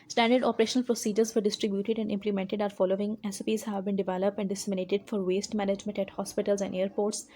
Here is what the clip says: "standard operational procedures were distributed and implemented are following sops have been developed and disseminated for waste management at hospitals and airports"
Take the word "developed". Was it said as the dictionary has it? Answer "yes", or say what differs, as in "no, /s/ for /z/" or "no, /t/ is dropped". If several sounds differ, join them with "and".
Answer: yes